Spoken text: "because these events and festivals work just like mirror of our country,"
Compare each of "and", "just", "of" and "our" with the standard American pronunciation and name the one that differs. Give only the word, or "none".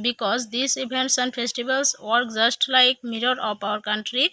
of